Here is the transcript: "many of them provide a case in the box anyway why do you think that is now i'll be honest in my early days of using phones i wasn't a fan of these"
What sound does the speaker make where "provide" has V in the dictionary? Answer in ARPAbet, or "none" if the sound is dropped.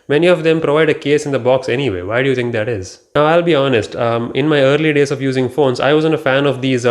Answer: V